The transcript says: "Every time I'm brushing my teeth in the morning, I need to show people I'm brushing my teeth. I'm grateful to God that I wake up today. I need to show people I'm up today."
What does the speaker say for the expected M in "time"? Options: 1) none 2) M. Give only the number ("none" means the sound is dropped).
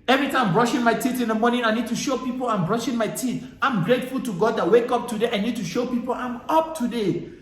1